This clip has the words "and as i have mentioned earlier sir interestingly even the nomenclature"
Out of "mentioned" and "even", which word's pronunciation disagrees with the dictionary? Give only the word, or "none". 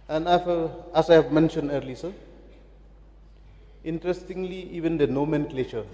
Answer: none